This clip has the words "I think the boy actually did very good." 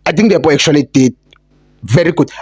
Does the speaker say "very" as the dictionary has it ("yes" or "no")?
yes